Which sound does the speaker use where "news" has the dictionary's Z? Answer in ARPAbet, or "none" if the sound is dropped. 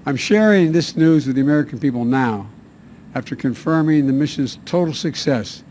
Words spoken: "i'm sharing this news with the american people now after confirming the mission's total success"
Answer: Z